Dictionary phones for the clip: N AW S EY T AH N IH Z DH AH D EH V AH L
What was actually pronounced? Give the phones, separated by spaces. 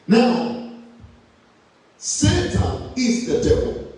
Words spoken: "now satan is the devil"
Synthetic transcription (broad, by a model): N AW S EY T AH IH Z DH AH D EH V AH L